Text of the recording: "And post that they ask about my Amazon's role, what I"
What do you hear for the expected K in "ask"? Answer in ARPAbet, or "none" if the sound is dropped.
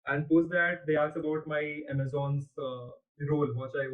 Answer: none